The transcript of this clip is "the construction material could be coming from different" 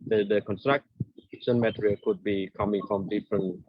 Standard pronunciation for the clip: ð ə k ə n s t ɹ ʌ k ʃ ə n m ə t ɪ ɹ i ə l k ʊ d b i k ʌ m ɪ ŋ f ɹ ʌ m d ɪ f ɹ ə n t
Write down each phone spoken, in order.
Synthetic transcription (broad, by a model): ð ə k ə n s t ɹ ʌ k s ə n m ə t ɹ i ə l k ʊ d b i k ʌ m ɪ ŋ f ɹ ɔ m d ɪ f ɹ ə n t